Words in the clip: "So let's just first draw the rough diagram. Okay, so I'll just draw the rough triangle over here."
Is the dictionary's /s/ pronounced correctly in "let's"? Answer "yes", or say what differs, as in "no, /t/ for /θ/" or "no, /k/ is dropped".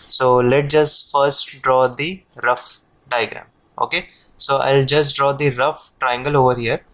no, /s/ is dropped